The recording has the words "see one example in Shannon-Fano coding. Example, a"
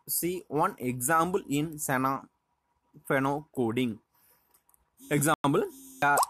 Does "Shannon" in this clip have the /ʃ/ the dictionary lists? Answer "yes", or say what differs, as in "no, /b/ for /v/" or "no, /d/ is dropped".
no, /s/ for /ʃ/